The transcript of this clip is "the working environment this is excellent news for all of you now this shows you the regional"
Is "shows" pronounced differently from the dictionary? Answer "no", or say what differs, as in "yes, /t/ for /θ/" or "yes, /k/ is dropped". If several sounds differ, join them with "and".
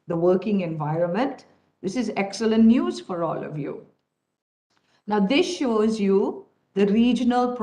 no